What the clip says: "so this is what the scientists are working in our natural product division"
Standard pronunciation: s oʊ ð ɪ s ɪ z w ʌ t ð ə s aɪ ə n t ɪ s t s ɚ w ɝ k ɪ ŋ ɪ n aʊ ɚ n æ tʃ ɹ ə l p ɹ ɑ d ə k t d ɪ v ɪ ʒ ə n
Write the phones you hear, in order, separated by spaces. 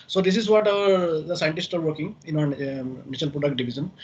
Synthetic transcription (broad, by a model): s oʊ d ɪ s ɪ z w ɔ t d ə s aɪ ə n t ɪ s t ɚ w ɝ k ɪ ŋ ɪ n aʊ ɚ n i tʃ ə l p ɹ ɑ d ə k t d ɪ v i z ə n